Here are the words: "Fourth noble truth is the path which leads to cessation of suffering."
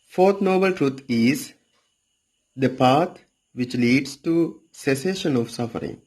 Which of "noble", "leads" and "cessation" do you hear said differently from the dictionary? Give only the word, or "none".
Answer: leads